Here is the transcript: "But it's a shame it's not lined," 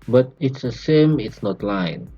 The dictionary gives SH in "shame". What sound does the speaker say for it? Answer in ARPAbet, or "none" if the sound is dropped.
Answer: S